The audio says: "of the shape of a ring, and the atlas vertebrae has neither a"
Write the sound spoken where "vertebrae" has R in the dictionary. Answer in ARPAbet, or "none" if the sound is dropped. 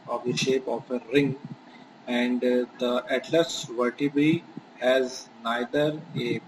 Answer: none